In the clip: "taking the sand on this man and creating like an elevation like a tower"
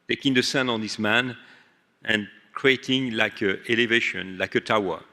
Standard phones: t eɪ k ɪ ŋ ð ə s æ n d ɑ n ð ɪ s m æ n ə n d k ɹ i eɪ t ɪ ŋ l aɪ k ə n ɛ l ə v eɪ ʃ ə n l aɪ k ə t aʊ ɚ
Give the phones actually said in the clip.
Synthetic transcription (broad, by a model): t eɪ k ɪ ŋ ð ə s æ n ɑ n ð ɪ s m æ n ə n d k ɹ i eɪ t ɪ ŋ l aɪ k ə ɛ l ə v eɪ ʃ ə n l aɪ k ə t aʊ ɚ